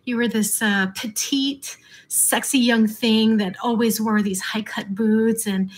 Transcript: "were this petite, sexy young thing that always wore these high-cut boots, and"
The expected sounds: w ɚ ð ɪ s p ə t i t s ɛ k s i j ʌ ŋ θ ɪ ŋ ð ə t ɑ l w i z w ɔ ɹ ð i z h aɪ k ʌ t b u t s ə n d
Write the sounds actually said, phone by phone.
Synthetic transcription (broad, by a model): w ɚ ð ɪ s p ə t i t s ɛ k s i j ʌ ŋ θ ɪ ŋ ð ə t ɑ l w i z w ɔ ɹ ð i z h aɪ k ʌ t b u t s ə n